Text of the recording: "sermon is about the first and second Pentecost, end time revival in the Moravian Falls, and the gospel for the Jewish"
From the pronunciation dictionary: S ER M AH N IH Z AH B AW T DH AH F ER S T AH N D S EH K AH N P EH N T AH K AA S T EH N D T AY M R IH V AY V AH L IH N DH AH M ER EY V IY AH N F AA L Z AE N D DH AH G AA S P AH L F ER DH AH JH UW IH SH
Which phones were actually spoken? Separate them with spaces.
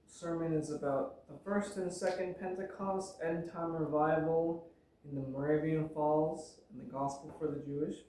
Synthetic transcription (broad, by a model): S ER M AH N IH Z AH B AW T DH AH F ER S T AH N S EH K AH N P EH N T AH K AA S T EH N T AY M R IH V AY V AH L IH N DH AH M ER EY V IY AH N F AA L Z N DH AH G AA S P L F ER DH AH JH UW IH SH